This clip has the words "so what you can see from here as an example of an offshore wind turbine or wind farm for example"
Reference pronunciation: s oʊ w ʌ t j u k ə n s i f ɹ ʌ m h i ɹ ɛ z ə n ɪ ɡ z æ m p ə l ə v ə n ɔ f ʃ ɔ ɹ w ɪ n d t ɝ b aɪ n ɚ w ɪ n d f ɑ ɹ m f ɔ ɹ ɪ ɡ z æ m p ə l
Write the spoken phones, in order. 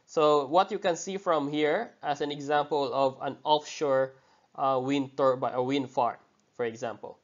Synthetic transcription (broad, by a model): s oʊ w ʌ t j u k ə n s i f ɹ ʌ m h i ɹ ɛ s ə n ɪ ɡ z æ m p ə l ə v ə n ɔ f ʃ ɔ ɹ w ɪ n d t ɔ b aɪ ɚ w ɪ n d f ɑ ɹ f ɔ ɹ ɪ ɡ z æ m p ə l